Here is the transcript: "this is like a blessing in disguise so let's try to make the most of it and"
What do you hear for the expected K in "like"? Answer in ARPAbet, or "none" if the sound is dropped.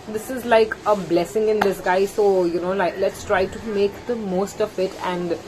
K